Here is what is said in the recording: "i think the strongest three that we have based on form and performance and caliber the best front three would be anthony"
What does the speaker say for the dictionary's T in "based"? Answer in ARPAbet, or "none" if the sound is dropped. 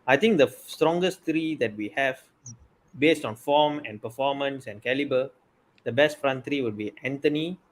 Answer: T